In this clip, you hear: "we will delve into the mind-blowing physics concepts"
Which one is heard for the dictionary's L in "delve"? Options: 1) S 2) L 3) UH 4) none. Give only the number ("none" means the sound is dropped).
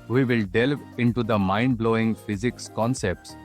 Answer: 2